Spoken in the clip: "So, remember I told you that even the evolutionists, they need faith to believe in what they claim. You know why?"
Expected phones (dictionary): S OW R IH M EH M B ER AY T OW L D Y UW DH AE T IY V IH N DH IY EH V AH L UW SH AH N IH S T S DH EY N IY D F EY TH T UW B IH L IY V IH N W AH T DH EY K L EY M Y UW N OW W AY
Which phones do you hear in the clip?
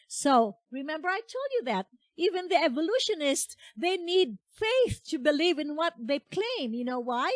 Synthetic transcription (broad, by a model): S OW R IH M EH M B ER AY T OW L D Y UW DH AE T IY V IH N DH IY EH V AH L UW SH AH N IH S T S DH EY N IY D F EY TH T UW B IH L IY V IH N W AH T DH EY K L EY M Y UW N OW W AY